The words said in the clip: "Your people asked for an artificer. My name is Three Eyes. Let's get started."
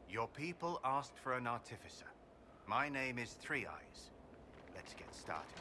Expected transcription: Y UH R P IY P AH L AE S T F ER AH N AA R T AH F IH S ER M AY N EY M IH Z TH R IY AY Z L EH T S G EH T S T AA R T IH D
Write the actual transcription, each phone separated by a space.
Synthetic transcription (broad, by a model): Y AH P IY P AH L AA S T F ER AH N AA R T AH F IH S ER M AY N EY M IH Z TH R IY AY Z L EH T S G EH T S T AA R T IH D